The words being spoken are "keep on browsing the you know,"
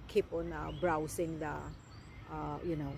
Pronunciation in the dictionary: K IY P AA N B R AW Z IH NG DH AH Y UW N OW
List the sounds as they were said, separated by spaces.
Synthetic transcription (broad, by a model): K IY P AA N B R AW S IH NG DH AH Y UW N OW